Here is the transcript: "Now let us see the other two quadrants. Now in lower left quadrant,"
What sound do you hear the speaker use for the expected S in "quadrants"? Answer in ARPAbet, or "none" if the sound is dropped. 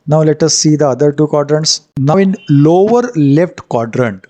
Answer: S